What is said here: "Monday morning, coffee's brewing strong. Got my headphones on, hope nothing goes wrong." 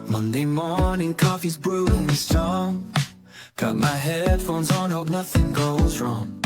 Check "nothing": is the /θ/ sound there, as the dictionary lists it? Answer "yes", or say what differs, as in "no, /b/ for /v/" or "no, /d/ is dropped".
yes